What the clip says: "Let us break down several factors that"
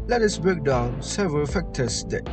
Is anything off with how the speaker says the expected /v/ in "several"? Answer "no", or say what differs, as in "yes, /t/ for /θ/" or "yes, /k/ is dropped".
no